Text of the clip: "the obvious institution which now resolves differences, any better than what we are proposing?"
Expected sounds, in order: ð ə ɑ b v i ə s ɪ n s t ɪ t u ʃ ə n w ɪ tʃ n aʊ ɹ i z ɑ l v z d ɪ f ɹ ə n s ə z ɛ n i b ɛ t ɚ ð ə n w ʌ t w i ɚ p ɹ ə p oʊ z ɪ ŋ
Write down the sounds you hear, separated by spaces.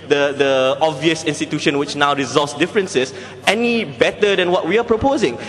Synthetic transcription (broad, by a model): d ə ɑ b v i ə s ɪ n s t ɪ t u ʃ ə n w ɪ tʃ n aʊ ɹ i z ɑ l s d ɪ f ɹ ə n s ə s ɛ n i b ɛ t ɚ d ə n w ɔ t w i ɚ p ɹ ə p oʊ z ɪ ŋ